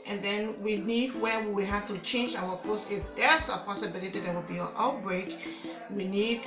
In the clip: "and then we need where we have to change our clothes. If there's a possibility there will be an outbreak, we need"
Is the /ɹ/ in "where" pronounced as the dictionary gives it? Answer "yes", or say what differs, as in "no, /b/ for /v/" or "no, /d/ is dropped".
no, /w/ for /ɹ/